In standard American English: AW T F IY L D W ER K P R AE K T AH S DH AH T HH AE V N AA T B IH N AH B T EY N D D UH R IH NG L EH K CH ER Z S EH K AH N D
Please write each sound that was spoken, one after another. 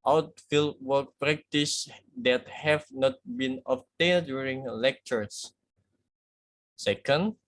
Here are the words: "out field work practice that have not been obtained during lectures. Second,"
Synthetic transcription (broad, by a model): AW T F IY L D W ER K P R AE K T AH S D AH T HH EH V N AA T B IH N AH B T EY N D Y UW R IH NG L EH K CH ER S S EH K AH N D